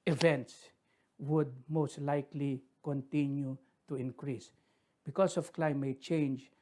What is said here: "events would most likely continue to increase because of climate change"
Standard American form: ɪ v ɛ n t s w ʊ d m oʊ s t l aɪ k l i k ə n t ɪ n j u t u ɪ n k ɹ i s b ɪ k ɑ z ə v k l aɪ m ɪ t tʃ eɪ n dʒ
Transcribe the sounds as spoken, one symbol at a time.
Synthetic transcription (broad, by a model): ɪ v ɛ n t s w ʊ d m oʊ s t l aɪ k l i k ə n t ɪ n j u t u ɪ n k ɹ i s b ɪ k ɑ s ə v k l aɪ m ɪ t tʃ eɪ n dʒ